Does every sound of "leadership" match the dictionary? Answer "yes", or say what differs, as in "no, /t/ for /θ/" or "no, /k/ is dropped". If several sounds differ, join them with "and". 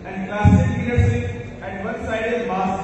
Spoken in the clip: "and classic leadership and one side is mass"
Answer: no, /s/ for /ʃ/